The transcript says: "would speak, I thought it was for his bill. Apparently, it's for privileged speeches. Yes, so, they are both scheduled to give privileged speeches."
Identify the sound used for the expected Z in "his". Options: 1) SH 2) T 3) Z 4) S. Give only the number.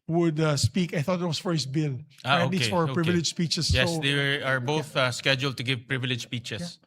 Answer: 4